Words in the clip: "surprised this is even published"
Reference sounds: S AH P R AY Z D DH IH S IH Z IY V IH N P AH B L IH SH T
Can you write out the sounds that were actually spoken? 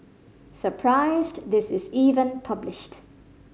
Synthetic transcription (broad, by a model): S AH P R AY Z D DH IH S IH Z IY V IH N P AH B L IH SH T